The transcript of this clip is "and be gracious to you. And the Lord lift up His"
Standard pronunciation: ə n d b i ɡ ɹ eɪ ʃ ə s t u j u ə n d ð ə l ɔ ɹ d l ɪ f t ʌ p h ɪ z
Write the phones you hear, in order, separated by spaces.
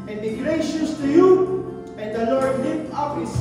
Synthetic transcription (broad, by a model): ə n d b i ɡ ɹ eɪ ʃ ə s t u j u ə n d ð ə l ɔ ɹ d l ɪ t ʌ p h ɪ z